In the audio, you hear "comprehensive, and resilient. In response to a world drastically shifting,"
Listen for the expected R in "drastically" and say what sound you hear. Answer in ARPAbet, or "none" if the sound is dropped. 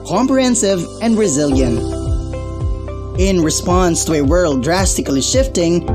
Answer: R